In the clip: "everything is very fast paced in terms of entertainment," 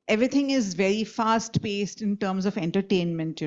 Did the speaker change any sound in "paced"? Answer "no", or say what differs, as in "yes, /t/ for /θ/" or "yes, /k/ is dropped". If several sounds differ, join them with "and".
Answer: no